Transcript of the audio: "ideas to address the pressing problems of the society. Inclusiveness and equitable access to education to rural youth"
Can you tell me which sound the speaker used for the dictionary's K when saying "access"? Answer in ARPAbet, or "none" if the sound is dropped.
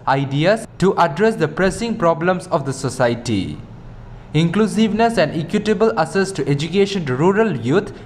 none